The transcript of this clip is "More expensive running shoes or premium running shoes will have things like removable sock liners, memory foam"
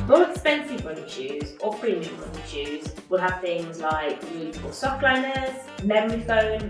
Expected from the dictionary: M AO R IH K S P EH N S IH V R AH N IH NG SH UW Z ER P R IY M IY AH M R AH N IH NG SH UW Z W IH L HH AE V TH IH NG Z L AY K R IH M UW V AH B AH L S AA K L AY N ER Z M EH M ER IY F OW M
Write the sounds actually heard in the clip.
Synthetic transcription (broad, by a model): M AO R IH K S P EH N S IH V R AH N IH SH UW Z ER P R IY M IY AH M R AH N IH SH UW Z W IH L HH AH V TH IH NG Z L AY K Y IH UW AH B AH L S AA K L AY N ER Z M EH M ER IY F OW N